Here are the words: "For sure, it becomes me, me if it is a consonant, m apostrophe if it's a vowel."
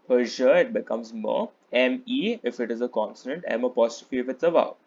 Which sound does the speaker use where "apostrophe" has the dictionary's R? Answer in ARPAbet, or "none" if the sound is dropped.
none